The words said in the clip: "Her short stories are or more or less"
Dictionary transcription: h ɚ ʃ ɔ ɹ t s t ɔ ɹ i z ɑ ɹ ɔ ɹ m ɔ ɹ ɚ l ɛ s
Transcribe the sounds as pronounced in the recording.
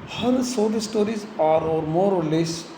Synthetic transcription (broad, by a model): h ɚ s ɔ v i s t ɔ ɹ i z ɑ ɹ ɔ ɹ m ɔ ɹ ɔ l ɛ s